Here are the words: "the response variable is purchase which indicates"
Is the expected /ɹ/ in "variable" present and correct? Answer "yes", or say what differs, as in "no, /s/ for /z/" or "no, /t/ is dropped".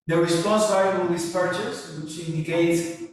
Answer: no, /ɹ/ is dropped